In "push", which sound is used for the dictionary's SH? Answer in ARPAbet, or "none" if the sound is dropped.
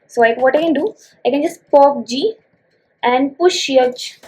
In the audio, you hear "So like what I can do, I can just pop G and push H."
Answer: SH